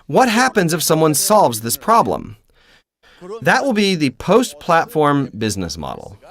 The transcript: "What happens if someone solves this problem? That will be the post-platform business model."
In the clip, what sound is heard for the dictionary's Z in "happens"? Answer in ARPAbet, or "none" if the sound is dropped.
Z